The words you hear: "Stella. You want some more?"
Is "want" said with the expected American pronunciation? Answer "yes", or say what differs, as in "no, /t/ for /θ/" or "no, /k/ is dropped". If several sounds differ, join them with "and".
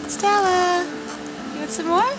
no, /n/ is dropped